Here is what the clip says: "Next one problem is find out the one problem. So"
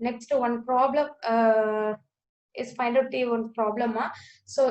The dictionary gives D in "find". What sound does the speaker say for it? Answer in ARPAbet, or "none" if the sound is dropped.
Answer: none